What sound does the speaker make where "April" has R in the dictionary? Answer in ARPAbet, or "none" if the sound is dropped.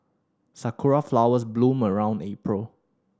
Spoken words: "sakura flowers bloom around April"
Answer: R